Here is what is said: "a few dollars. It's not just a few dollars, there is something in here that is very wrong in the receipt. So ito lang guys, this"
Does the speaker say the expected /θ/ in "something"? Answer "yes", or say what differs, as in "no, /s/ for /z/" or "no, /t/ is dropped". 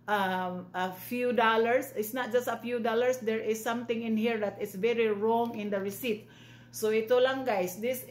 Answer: no, /t/ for /θ/